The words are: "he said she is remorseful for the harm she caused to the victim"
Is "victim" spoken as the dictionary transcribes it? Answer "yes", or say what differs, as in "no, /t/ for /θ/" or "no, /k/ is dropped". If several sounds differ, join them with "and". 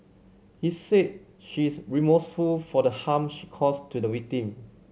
no, /w/ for /v/